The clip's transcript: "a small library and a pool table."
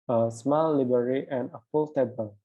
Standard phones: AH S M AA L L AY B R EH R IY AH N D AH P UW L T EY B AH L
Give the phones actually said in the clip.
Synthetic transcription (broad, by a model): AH S M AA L L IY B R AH R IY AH N AH F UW L T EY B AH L